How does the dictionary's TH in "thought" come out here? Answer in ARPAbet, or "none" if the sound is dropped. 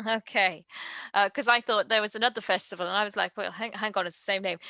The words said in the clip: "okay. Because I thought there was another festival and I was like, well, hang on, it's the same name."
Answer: TH